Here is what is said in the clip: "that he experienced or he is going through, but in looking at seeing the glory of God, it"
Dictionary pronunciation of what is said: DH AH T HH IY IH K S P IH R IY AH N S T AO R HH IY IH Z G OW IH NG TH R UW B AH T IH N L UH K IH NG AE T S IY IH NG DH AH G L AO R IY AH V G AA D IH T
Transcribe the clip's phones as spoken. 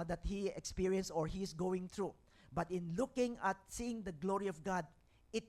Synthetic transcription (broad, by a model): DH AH T HH IY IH K S P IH R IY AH N S AO R HH IY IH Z G OW IH NG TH R UW B AH T IH N L UH K IH NG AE T S IY IH NG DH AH G L AO R IY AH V G AA D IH T